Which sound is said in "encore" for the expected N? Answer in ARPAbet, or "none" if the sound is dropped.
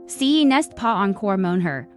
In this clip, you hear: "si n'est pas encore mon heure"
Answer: N